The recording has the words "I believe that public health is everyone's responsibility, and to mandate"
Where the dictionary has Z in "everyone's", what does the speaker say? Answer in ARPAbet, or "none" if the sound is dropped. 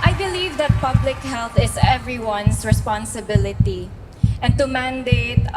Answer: S